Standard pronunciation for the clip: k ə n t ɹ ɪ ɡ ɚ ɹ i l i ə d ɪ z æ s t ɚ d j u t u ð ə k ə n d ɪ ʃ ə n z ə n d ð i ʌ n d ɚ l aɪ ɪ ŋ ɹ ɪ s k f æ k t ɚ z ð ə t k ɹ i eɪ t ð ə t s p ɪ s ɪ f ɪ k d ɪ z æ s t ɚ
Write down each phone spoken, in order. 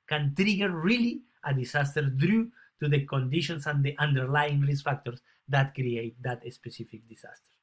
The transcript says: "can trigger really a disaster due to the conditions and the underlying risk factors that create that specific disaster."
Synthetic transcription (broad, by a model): k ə n t ɹ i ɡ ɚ ɹ i l i ə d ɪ s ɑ s t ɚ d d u t u ð ə k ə n d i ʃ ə n s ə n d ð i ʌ n d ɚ l aɪ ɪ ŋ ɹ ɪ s f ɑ k t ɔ s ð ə t k ɹ i eɪ t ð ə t s p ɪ s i f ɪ k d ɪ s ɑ s t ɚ